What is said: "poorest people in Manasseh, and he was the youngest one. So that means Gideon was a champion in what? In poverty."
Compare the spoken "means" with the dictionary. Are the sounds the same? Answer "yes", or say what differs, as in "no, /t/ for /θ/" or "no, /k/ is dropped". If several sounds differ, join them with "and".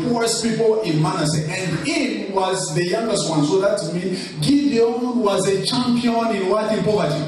no, /z/ is dropped